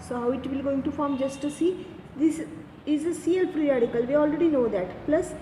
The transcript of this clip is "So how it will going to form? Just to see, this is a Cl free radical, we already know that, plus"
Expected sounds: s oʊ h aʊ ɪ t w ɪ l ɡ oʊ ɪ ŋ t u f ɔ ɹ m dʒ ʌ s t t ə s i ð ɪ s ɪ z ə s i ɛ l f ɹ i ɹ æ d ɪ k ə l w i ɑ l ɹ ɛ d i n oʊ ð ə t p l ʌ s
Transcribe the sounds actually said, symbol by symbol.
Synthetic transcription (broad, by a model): s oʊ h aʊ ɪ t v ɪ l ɡ oʊ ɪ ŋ t u f ɔ ɹ m dʒ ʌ s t t ə s i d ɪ s ɪ z ə s i ɛ l p ɹ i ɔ d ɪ k ə l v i ɑ l ɹ ɛ d i n oʊ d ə t p l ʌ s